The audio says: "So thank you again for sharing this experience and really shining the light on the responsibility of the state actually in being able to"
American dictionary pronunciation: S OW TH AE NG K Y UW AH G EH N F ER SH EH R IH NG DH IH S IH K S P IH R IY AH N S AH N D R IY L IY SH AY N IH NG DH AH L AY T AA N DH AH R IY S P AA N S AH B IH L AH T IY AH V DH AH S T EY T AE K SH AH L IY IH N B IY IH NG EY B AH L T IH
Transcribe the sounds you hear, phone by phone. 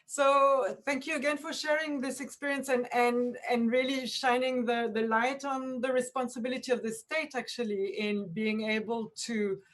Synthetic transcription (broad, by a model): S OW TH AE NG K Y UW AH G EH N F ER SH EH R IH NG DH IH S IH K S P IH R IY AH N S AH N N R IY L IY SH AY N IH NG DH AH L AY T N DH AH R IY S P AA N S AH B IH L AH T IY AH V DH AH S T EY T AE K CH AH L IY IH N B IY IH NG EY B AH L T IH